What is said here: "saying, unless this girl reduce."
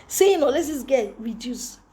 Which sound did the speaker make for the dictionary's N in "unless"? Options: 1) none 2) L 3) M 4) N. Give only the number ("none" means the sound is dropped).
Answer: 1